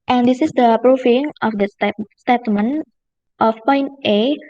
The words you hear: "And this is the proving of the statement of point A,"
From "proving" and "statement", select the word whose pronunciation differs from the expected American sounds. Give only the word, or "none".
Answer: proving